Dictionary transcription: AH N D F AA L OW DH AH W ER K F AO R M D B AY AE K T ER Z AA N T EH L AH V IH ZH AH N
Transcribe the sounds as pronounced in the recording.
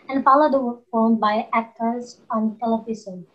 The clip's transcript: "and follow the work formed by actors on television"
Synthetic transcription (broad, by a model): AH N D F AA L OW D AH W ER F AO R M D B AY AE K T ER Z AA N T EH L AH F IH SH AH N